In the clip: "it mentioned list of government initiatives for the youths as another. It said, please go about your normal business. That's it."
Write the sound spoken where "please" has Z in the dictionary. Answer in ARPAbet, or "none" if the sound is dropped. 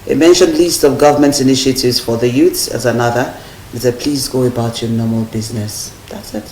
Z